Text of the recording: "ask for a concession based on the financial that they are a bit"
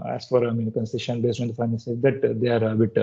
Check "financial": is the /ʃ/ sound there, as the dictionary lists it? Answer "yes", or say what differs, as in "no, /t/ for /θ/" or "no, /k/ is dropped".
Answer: no, /s/ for /ʃ/